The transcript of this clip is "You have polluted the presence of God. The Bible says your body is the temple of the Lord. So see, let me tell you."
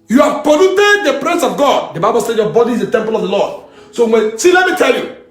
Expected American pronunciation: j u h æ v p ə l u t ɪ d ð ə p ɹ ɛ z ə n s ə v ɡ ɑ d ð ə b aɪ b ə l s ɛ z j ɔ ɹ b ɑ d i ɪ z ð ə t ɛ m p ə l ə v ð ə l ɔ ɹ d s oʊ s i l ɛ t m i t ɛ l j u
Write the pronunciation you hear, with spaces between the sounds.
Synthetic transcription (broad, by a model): j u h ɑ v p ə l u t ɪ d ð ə p ɹ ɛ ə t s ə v ɡ ɑ d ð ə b aɪ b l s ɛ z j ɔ b ɑ d i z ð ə t ɛ m p ə l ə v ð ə l ɔ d s oʊ s i l ɛ t m i t ɛ l j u